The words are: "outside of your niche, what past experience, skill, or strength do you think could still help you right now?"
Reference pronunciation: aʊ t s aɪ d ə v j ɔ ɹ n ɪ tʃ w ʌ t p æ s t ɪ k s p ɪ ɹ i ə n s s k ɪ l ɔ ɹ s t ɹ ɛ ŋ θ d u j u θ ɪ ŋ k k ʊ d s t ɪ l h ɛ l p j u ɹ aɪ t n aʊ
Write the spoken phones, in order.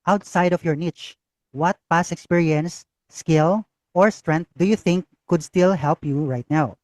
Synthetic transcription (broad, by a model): aʊ t s aɪ d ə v j ɔ ɹ n ɪ tʃ w ʌ t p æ s ɪ k s p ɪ ɹ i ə n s s k ɪ l ɔ ɹ s t ɹ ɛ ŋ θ d u j u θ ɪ ŋ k k ʊ d s t ɪ l h ɛ l p j u ɹ aɪ t n aʊ